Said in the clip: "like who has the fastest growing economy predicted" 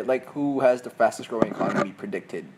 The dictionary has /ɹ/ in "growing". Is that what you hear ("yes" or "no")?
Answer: yes